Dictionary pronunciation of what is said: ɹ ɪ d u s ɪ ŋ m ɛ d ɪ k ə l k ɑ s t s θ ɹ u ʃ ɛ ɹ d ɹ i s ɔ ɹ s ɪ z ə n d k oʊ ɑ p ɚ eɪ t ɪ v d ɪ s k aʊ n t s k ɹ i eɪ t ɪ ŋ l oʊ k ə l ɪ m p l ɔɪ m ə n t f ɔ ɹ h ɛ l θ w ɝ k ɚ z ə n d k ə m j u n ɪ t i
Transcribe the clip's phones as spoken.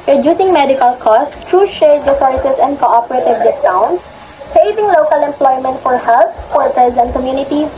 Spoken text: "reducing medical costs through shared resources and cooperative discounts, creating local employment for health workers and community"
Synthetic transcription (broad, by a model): ɹ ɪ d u s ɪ ŋ m ɛ d ɪ k ə l k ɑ s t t ɹ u ʃ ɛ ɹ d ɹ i s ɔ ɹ s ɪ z ə n d k oʊ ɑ p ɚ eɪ t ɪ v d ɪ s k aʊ n s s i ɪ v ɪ ŋ l oʊ k ə l ɪ m p l ɔɪ m ə n t f ɔ ɹ h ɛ l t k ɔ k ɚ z ə n d k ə m j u n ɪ t i